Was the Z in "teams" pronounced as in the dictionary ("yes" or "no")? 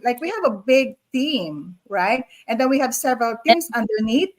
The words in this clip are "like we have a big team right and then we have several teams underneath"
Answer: no